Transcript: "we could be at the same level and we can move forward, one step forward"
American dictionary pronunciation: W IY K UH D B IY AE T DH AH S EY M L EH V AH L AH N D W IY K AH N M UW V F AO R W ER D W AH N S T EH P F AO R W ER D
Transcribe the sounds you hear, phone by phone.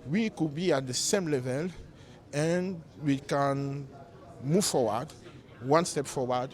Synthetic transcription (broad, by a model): W IY K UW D B IY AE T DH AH S EY M L EH V AH L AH N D W IY K AH N M UW V F AO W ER D W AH N S T EH P F AO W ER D